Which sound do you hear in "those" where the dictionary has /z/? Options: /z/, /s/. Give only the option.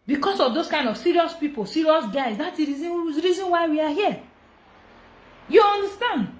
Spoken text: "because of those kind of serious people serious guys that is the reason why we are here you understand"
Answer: /s/